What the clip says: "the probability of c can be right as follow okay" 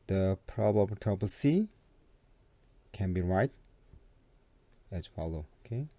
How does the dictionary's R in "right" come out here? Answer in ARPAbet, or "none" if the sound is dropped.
R